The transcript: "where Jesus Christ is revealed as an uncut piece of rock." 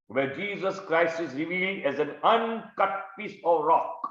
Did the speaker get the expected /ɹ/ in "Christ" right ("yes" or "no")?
yes